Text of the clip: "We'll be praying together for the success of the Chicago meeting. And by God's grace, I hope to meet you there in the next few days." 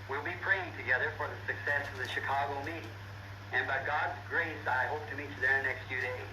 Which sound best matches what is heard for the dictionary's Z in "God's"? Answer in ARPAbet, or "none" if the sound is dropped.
Z